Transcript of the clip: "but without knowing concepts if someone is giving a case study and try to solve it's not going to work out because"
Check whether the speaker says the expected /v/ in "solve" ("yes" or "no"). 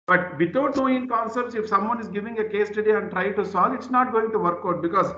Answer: no